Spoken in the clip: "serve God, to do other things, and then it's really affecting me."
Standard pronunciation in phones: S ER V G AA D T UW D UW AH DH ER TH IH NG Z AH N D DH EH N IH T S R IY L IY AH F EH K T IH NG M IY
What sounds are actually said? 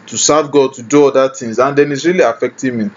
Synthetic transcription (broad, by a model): S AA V G AA D T UW D UW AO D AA T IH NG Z AH N D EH N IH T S R IY L IY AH F EH K T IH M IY